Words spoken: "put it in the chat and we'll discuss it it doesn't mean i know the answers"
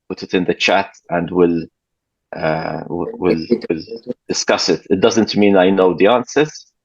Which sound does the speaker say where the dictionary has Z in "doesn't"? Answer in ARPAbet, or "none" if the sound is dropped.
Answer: Z